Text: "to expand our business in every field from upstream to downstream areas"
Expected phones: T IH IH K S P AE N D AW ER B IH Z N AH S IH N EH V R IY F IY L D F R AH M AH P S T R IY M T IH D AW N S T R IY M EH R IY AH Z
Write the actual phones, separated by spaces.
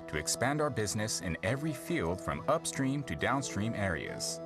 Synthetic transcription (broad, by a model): T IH IH K S P AE N D AW ER B IH Z N AH S IH N EH V R IY F IY L D F R AH M AH P S T R IY M T IH D AW N S T R IY M EH R IY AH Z